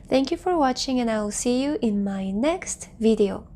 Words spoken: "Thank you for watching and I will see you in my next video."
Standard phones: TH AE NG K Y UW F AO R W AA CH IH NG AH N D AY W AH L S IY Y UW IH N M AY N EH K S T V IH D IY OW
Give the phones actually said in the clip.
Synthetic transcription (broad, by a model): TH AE NG K Y UW F AO R W AA CH IH NG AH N AY W L S IY Y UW IH N M AY N EH K S T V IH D IY OW